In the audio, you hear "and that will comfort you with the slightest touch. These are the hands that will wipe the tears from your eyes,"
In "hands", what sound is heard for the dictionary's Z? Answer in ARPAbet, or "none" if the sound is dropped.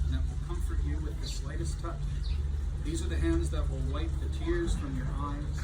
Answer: Z